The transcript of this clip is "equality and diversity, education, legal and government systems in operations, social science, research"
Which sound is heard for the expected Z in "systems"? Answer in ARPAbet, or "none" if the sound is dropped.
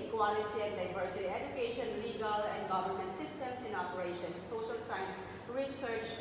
S